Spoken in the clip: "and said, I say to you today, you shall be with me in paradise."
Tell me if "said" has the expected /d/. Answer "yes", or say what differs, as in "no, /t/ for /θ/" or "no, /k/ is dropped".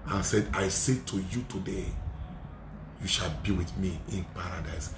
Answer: yes